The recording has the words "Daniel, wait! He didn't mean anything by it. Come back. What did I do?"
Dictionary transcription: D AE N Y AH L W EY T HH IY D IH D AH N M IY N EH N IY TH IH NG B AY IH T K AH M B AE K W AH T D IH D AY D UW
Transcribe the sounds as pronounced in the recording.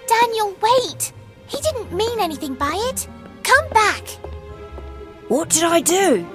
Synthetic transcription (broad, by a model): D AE N Y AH L W EY T HH IY D IH D N M IY N EH N IY TH IH NG B AY IH T K AH M B AE K W AH T D IH D AY D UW